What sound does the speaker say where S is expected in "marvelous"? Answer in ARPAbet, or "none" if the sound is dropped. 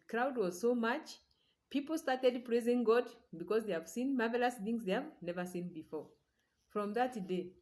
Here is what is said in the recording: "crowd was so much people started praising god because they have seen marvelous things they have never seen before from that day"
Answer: S